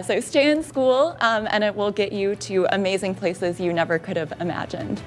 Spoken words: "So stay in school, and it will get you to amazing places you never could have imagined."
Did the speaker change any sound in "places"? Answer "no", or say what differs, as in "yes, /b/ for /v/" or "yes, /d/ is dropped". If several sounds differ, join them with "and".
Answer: no